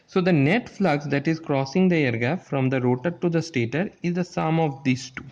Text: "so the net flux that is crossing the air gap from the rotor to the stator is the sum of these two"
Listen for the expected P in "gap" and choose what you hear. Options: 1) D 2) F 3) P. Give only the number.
2